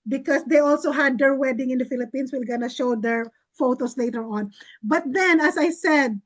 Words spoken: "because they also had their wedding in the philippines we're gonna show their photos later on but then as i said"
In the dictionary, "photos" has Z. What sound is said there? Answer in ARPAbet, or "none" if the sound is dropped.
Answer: S